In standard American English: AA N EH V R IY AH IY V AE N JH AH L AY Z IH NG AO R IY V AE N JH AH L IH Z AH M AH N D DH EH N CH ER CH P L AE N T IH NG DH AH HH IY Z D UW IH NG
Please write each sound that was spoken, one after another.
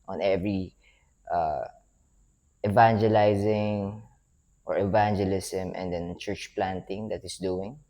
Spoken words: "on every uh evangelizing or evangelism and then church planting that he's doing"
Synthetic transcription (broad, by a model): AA N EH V R IY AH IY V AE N JH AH L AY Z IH NG AO R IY V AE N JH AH L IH S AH M AH N D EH N CH ER CH P L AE N T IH NG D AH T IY S D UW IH NG